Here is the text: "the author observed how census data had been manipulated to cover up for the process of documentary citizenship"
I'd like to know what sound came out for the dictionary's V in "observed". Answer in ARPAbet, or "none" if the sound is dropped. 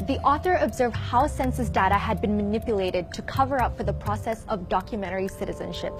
V